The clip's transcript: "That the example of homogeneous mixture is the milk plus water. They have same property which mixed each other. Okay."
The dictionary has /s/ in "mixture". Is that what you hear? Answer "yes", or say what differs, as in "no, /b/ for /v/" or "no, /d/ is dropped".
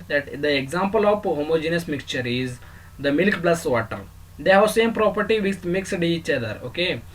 yes